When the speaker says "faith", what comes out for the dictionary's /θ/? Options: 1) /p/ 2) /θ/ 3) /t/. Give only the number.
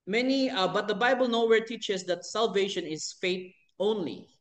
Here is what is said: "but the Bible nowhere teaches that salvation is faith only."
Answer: 3